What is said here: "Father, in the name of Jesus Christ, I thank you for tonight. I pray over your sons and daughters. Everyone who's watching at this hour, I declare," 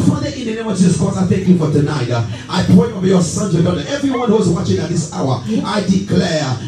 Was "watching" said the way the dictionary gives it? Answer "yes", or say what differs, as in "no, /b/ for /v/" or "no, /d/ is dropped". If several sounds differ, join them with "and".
yes